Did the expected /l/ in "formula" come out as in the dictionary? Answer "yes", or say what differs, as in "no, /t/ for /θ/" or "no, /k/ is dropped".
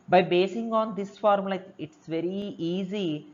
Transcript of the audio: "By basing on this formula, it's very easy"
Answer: no, /l/ is dropped